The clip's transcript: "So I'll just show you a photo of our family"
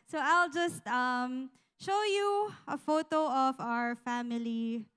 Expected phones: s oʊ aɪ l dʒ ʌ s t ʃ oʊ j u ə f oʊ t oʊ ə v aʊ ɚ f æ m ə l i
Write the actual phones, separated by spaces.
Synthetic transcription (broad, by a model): s oʊ aɪ l dʒ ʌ s t ʃ oʊ j u ə f oʊ t oʊ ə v aʊ ɚ f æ m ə l i